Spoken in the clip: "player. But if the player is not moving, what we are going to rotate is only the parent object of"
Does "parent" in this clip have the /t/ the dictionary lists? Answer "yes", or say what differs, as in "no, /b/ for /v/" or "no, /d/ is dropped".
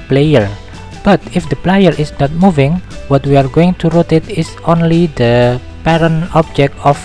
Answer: no, /t/ is dropped